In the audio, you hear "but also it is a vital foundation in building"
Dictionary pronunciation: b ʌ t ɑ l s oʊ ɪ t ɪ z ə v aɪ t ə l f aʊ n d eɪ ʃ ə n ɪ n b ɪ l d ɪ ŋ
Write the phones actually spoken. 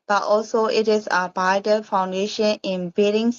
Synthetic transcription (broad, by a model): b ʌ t ɑ l s oʊ ɪ t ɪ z ə b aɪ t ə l f aʊ n d eɪ ʃ ə n ɪ n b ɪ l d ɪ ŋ